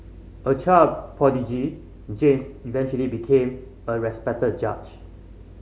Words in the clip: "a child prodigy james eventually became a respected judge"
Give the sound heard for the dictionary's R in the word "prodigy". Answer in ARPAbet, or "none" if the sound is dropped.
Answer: none